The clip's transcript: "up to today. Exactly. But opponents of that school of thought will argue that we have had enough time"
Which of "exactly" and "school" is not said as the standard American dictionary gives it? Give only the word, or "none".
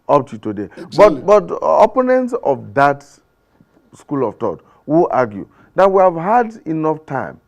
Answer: exactly